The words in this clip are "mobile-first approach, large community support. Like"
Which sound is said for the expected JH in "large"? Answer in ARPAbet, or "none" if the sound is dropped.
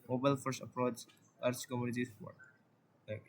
CH